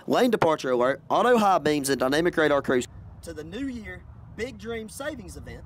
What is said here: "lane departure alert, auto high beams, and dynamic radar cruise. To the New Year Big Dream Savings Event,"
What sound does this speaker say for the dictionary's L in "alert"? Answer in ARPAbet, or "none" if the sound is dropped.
none